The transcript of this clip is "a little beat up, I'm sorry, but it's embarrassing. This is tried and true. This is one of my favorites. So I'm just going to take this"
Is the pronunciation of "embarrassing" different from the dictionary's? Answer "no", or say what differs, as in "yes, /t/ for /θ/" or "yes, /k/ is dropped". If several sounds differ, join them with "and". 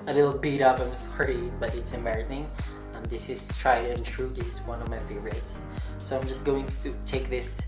yes, /b/ is dropped